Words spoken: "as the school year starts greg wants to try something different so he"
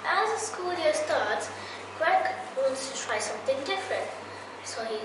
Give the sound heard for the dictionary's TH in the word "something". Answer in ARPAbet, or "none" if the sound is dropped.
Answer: TH